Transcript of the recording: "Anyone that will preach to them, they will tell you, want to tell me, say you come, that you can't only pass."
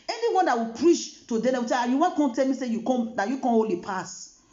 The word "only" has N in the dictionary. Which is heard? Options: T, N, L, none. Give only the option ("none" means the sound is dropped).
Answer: none